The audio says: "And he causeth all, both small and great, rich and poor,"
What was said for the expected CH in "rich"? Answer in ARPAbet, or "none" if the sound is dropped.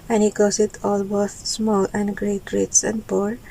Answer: S